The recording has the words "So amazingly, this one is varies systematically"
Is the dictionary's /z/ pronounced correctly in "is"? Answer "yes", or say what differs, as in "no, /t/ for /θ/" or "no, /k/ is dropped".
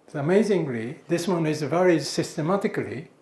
yes